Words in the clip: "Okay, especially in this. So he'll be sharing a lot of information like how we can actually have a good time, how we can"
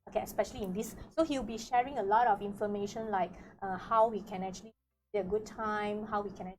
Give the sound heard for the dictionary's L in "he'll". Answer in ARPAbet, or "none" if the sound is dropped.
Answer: W